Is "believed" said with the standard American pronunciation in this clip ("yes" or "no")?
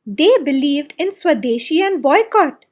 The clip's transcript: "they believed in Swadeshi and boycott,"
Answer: yes